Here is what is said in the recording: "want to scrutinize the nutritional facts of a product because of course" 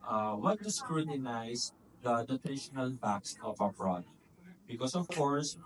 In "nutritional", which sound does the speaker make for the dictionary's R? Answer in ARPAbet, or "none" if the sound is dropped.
none